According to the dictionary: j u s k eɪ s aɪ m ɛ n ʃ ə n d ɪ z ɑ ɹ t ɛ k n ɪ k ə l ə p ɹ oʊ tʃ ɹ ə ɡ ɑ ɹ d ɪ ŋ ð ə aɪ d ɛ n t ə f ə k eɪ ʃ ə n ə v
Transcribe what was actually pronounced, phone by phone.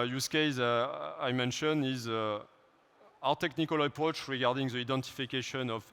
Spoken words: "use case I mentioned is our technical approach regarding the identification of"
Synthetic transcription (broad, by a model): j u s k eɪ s aɪ m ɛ n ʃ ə n ɪ z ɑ w t ɛ k n ɪ k ə l ə p ɹ oʊ tʃ ɹ ə ɡ ɑ ɹ d ɪ ŋ ð ə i d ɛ n t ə f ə k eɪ ʃ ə n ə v